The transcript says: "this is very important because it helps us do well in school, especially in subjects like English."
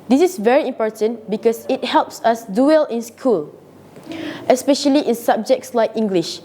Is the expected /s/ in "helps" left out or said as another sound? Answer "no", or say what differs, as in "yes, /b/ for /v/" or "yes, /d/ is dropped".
no